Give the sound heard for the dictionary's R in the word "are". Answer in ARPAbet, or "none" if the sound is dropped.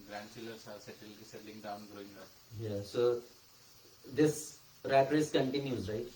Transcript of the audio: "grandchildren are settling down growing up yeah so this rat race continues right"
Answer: L